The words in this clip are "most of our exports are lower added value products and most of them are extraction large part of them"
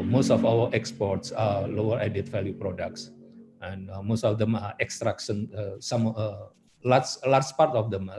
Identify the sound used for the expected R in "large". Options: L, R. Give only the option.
L